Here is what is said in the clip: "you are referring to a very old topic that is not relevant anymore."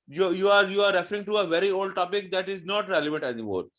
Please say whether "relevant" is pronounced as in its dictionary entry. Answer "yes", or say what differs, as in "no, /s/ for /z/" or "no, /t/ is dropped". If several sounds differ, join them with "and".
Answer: yes